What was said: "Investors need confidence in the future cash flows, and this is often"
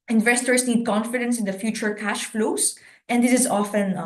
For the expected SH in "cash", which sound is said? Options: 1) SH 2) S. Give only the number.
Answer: 1